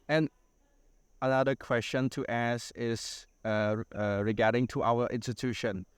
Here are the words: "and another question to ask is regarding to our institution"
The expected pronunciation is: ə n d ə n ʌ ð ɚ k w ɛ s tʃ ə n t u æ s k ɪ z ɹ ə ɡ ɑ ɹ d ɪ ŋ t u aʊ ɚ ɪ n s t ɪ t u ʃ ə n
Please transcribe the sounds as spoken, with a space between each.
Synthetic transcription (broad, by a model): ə n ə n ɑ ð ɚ k w ɛ s tʃ ə n t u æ s ɪ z ɹ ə ɡ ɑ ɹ d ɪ ŋ t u aʊ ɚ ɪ n s t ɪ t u ʃ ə n